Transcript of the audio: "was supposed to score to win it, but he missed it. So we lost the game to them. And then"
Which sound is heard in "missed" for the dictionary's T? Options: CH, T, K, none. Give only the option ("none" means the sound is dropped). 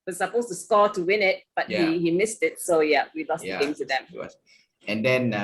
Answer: T